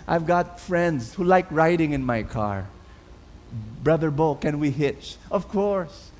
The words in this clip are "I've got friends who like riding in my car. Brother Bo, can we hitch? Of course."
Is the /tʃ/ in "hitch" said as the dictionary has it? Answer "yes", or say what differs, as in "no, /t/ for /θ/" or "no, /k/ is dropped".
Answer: yes